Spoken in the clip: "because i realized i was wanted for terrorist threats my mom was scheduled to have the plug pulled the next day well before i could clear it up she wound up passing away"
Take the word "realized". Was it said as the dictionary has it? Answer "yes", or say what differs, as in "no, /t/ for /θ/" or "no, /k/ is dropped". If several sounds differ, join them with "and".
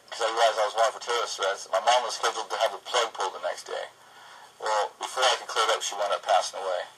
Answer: no, /d/ is dropped